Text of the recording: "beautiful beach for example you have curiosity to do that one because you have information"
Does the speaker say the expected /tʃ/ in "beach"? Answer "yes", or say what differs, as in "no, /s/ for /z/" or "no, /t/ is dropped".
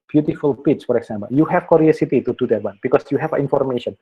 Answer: no, /s/ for /tʃ/